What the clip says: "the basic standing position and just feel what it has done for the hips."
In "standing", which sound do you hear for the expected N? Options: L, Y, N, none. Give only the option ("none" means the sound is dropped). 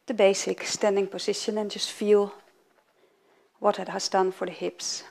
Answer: N